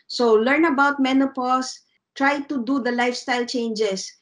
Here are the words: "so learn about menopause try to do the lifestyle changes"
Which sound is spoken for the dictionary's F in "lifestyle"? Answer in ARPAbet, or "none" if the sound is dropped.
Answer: F